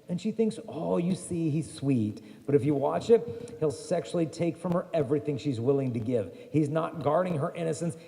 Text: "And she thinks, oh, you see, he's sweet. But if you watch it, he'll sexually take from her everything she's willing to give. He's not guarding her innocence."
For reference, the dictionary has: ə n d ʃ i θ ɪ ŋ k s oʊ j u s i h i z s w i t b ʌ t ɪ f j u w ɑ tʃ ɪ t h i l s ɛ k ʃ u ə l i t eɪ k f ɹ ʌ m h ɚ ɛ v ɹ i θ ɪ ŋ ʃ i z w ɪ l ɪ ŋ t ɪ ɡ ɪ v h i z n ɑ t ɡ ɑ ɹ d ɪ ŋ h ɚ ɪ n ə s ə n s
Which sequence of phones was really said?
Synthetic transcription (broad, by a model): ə n ʃ i θ ɪ ŋ k s oʊ j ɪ s i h i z s w i t b ʌ t ɪ f j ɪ w ɑ tʃ ɪ t h i l s ɛ k ʃ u l i t eɪ k f ɹ ʌ m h ɚ ɛ v ɹ i θ ɪ ŋ ʃ i z w ɪ l ɪ ŋ t ɪ ɡ ɪ v h i z n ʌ t ɡ ɑ ɹ d ɪ ŋ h ɚ ɪ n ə s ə n s